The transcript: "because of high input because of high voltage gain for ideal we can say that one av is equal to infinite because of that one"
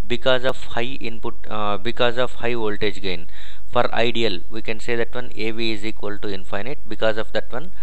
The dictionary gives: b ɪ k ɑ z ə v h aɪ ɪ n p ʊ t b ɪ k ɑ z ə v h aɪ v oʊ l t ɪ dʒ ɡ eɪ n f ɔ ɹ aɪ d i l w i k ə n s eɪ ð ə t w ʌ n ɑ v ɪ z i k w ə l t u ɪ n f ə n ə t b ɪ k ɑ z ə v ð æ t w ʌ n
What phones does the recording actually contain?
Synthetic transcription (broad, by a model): b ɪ k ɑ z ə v h aɪ ɪ n p ʊ t b ɪ k ɑ z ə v h aɪ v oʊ l t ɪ dʒ ɡ eɪ n f ɔ ɹ aɪ d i l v i k ə n s eɪ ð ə t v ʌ n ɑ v ɪ z i k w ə l t u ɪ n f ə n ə t b ɪ k ɑ z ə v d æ t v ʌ n